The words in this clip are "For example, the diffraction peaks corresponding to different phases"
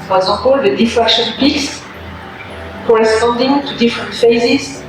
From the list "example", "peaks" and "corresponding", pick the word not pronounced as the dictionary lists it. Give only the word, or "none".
example